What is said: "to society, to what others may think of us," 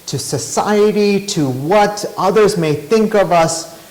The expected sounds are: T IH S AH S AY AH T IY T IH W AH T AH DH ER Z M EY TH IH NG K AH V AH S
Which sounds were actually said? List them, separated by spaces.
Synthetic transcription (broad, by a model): T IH S AH S AY AH T IY T IH W AH T AH DH ER Z M EY TH IH NG K AH V AH S